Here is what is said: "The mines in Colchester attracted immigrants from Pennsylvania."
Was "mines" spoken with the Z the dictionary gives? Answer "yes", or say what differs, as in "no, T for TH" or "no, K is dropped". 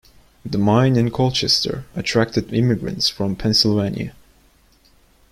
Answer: no, Z is dropped